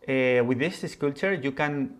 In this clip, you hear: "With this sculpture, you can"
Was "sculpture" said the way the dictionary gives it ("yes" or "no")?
no